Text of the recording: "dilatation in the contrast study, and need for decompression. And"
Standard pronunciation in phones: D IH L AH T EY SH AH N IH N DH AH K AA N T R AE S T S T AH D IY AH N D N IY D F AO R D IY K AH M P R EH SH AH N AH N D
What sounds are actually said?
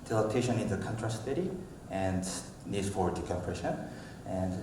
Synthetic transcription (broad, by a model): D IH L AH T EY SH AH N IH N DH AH K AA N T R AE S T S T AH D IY AH N D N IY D F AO W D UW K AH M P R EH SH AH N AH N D